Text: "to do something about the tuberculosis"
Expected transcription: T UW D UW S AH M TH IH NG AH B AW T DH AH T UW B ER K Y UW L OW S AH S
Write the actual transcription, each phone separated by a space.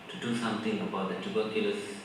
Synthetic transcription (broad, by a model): T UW D UW S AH M T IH NG AH B AW T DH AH T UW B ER K Y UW L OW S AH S